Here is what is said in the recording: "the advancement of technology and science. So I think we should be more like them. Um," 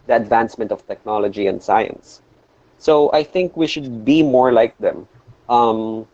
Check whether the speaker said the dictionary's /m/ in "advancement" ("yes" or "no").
yes